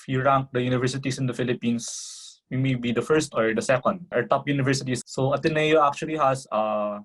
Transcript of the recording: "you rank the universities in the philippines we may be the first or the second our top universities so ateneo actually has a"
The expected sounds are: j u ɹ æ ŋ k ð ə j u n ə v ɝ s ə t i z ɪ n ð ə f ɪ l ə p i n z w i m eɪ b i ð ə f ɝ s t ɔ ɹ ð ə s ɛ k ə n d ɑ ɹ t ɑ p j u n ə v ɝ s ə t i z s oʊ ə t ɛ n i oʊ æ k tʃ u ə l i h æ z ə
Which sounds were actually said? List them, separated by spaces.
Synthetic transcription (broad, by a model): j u ɹ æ ŋ k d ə j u n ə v ɝ s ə t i s ɪ n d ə f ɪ l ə p i n s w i m eɪ b i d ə f ɝ s t ɔ ɹ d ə s ɛ k ə n d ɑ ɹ t ɑ p j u n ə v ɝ s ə t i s s oʊ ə t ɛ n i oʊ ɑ k tʃ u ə l i h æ s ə